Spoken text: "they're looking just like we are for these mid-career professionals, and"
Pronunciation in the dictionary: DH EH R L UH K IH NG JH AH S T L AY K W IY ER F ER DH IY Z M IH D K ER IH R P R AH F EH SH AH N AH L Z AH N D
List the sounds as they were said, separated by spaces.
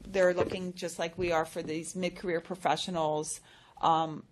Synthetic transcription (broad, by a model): DH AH R L UH K IH NG JH AH S T L AY K W IY ER F ER DH IY Z M IH D K ER IH R P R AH F EH SH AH N L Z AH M